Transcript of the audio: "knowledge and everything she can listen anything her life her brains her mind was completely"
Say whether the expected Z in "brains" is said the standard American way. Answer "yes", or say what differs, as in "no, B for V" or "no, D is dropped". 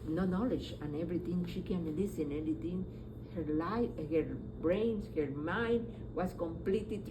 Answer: no, S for Z